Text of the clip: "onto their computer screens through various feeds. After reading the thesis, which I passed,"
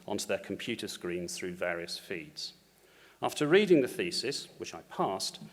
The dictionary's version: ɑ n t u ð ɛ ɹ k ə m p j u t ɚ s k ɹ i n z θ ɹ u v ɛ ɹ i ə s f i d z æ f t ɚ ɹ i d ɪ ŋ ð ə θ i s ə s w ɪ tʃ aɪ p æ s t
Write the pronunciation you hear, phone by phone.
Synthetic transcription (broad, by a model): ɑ n t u ð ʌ k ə m p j u t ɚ s k ɹ i n z θ ɹ u v ɛ ɹ i ə s f i d z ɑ f t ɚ ɹ i d ɪ ŋ ð ə θ i s ə s w ɪ tʃ aɪ p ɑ s t